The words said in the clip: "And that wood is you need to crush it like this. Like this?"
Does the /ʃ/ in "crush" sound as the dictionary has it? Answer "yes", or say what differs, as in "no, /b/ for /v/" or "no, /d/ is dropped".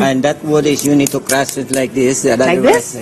no, /s/ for /ʃ/